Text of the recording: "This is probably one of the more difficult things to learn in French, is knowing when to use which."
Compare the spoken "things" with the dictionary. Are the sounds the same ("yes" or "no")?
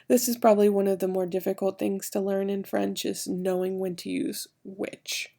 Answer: yes